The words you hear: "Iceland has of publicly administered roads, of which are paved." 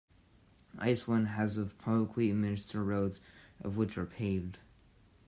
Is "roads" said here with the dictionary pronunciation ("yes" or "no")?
yes